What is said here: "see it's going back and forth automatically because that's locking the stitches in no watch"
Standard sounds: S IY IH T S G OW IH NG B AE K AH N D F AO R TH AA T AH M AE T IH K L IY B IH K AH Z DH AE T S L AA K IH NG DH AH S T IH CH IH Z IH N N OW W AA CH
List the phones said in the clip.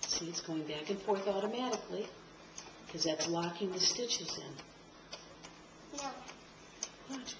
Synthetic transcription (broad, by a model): S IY IH T S G OW IH NG B AE K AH N F AO R TH AA T AH M AE T IH K L IY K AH Z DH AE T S L AA K IH NG DH AH S T IH CH IH Z IH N N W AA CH